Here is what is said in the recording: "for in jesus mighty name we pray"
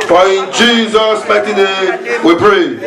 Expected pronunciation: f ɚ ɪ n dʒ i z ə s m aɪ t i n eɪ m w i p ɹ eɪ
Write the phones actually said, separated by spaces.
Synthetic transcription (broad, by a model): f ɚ ɪ n dʒ i z ə s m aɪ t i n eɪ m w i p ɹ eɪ